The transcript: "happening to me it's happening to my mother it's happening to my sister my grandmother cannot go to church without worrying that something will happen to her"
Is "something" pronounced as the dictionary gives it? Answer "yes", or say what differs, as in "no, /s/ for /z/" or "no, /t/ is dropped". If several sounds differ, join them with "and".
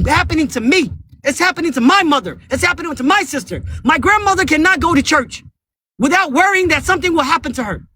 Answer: yes